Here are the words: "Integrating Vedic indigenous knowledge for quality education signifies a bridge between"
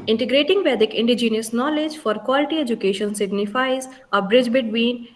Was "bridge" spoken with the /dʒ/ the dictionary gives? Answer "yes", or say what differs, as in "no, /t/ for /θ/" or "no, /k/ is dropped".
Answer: yes